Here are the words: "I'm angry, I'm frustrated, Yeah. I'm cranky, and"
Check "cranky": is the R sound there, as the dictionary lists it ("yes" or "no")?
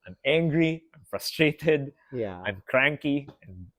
yes